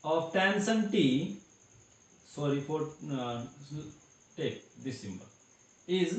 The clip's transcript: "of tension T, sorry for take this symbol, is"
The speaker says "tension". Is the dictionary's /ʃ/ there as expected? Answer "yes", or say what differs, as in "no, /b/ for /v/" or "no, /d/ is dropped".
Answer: no, /s/ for /ʃ/